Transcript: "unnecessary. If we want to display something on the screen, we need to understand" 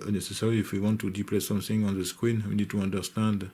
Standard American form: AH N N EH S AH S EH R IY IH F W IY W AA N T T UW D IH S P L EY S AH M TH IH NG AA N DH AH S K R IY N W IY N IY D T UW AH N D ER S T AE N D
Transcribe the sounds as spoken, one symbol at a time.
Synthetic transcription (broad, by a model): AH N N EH S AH S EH R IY IH F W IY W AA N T T UW D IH P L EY S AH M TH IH NG AA N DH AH S K W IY N W IY N IY D T UW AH N D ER S T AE N D